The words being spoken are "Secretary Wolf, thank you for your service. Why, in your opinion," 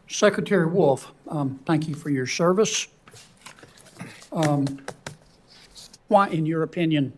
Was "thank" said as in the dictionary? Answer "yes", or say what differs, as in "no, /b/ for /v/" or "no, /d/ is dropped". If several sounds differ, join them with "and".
yes